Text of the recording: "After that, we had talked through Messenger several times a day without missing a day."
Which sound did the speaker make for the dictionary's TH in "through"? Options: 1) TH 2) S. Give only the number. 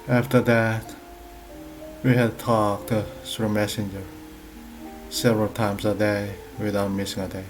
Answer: 2